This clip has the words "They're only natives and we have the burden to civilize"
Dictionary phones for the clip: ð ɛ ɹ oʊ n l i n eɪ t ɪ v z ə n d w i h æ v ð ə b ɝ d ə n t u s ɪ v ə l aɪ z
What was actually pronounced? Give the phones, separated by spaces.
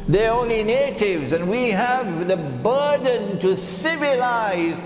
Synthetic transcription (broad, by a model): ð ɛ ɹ oʊ n l i n eɪ t ɪ v z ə n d w i h æ v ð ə b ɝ d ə n t u s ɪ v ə l aɪ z